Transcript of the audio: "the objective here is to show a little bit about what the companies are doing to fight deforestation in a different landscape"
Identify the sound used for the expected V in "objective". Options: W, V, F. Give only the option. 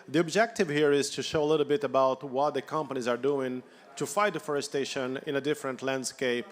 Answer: V